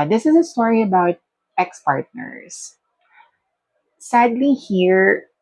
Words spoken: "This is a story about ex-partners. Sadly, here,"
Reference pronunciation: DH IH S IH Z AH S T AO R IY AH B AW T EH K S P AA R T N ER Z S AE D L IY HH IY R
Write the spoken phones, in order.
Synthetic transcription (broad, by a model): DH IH S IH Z AH S T AO R IY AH B AW T EH K S P AA R T N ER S S AE D L IY HH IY R